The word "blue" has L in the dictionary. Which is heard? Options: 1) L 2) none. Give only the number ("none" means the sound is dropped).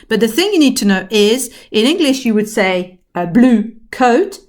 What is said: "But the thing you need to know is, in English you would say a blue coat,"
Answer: 1